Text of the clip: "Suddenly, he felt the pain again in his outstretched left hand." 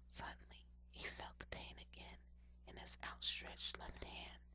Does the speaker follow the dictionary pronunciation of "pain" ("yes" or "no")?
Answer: yes